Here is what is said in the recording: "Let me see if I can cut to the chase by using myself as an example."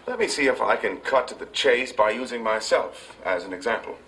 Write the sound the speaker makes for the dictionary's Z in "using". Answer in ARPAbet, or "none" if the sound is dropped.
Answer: Z